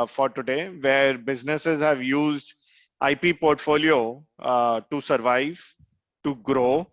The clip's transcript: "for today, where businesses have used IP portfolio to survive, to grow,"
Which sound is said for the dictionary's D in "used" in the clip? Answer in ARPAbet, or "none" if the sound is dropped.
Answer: D